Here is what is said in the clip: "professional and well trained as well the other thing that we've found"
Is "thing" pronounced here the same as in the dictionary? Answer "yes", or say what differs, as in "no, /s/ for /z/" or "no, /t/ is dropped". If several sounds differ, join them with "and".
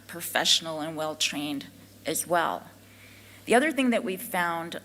yes